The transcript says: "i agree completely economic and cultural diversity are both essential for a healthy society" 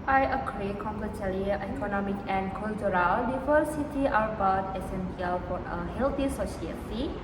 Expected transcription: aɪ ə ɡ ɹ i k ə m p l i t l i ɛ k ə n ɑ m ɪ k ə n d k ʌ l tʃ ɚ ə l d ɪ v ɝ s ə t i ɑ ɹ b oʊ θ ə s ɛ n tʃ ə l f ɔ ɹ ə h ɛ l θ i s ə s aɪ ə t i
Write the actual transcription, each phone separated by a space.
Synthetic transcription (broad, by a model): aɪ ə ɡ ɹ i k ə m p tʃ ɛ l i ɛ k ə n ɑ m ɪ k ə n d k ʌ l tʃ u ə l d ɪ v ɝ s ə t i ɑ ɹ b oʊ t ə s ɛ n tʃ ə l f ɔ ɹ ə h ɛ l t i s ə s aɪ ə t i